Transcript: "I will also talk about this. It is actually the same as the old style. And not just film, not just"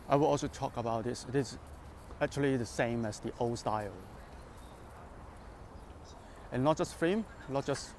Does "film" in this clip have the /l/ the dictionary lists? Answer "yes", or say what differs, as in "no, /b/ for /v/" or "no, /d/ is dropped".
no, /l/ is dropped